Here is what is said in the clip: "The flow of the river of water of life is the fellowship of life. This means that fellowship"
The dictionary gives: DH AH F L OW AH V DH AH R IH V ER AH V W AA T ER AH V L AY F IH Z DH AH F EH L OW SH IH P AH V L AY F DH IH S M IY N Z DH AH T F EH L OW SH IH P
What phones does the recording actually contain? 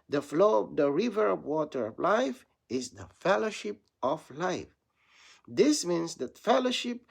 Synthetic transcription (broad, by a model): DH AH F L OW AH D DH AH R IH V ER AH V W AA T ER AH V L AY F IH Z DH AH F EH L OW SH IH P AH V L AY F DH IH S M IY N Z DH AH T F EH L OW SH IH P